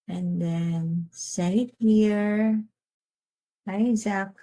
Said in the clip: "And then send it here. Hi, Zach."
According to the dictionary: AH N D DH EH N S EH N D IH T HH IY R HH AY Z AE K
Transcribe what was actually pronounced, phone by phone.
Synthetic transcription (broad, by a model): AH N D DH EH N S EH D IH T HH IY R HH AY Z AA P